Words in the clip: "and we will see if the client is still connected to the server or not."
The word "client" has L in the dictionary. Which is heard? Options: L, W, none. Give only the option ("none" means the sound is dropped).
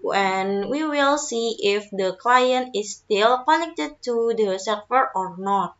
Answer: L